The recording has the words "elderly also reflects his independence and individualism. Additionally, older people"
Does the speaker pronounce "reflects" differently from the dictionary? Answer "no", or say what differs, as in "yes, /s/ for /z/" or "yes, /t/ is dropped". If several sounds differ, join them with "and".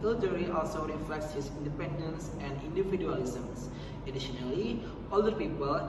no